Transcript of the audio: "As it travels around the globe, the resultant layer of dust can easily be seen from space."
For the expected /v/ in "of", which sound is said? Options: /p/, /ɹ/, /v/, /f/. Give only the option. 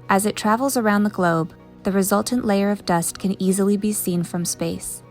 /v/